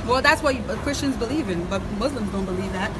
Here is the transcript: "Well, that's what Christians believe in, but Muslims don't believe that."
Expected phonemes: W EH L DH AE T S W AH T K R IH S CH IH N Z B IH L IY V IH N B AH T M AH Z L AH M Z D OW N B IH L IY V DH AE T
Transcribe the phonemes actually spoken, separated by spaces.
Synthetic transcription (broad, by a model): W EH L DH AE T S W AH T K R IH S CH IH N Z B IH L IY V IH N B AH T M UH Z L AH M Z D OW N B IH L IY V DH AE T